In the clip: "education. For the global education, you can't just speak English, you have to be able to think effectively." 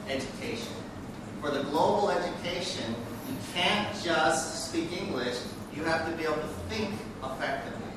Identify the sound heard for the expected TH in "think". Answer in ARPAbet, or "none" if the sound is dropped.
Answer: TH